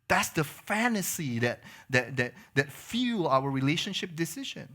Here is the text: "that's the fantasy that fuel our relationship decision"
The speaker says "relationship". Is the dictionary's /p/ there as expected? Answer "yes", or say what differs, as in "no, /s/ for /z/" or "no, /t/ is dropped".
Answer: yes